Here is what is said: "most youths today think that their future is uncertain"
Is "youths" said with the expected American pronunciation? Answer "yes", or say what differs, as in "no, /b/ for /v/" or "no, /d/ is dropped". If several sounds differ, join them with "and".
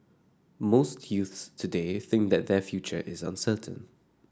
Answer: yes